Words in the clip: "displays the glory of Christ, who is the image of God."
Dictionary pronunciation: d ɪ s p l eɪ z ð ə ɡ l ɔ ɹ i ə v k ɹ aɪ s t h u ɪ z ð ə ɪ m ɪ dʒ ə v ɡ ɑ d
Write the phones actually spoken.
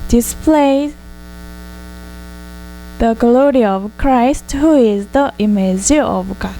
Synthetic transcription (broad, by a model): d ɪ s p l eɪ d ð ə ɡ l ɔ ɹ i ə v k ɹ aɪ s t h u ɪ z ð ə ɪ m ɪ z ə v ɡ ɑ